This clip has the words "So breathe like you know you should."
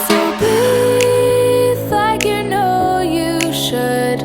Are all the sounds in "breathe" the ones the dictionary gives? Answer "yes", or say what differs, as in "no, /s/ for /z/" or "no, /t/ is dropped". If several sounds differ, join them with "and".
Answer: no, /ɹ/ is dropped